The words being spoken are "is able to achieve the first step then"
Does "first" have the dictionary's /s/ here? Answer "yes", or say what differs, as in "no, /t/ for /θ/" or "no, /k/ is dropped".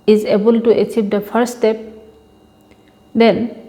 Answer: no, /s/ is dropped